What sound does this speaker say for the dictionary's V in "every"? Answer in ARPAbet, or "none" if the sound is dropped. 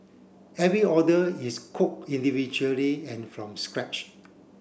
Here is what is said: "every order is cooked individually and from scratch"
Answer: V